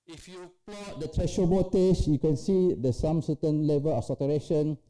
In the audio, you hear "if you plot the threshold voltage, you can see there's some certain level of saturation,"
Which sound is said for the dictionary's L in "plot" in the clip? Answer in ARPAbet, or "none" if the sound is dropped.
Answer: none